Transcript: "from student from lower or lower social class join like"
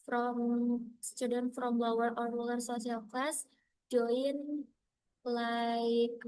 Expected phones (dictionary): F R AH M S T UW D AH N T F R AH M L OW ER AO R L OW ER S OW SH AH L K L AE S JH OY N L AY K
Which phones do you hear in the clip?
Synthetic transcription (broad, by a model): F R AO M S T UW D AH N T F R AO M L OW ER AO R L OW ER S OW S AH L K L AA S JH OY N L AY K